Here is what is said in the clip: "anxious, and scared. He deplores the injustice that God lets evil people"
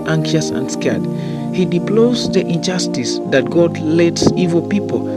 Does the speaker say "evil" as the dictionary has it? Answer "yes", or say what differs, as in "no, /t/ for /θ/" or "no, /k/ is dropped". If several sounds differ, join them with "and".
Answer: yes